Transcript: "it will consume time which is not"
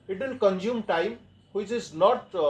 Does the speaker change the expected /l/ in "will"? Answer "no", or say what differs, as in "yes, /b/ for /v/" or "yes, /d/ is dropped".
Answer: yes, /n/ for /l/